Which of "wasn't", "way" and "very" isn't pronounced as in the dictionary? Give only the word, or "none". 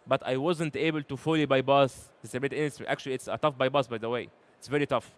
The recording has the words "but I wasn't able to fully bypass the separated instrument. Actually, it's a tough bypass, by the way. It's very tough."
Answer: none